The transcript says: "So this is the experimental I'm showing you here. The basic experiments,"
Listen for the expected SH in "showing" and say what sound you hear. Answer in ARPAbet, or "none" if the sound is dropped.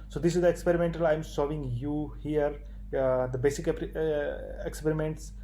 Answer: S